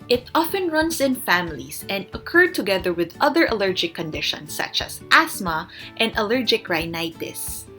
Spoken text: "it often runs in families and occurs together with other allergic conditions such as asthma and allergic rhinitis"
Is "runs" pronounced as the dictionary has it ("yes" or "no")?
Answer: no